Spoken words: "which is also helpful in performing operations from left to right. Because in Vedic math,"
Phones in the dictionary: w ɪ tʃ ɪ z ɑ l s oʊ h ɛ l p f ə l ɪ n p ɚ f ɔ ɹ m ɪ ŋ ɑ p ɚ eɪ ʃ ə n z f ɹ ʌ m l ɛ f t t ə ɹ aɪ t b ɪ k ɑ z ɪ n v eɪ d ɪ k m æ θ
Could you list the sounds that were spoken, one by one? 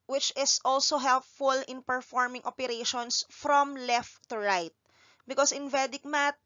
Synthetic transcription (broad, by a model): w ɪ tʃ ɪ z ɑ l s oʊ h ɛ l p f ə l ɪ n p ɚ f ɔ ɹ m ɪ ŋ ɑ p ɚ eɪ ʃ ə n s f ɹ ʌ m l ɛ f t t ə ɹ aɪ t b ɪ k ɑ s ɪ n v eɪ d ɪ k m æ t